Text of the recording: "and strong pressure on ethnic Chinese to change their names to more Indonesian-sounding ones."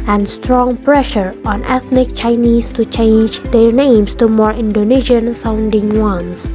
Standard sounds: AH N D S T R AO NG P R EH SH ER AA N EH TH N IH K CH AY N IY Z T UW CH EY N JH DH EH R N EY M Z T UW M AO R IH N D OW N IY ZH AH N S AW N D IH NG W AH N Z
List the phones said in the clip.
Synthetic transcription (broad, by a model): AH N D S T R AO NG P R EH SH ER AA N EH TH N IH K CH AY N IY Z T UW CH EY N JH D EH R N EY M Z T UW M AO R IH N D OW N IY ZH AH N S AW N D IH NG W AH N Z